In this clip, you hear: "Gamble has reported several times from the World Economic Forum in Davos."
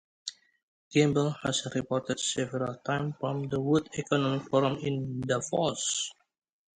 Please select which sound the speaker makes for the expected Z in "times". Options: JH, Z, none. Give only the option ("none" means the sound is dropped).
none